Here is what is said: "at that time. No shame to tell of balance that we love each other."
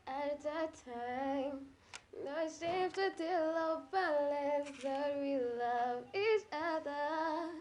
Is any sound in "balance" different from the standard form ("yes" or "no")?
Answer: yes